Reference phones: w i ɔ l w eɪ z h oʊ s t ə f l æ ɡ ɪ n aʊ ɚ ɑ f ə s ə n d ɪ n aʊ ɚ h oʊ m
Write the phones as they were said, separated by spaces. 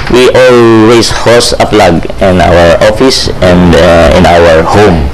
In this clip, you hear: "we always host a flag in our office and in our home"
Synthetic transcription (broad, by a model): w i ɔ l w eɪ s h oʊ s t ə p l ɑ ɡ ɪ n aʊ ɚ ɑ f ə s ə n d ɪ n aʊ ɚ h oʊ m